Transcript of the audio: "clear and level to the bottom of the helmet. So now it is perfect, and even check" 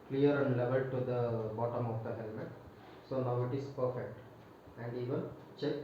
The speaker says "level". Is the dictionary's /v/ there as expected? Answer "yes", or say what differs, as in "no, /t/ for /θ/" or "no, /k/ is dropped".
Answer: yes